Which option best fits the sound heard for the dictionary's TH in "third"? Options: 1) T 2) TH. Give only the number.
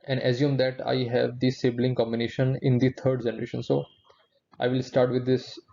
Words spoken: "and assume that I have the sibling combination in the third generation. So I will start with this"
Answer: 1